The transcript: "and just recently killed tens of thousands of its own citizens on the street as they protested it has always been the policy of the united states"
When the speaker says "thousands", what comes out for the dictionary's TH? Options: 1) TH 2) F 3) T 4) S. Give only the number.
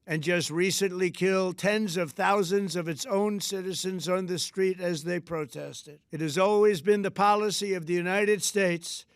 1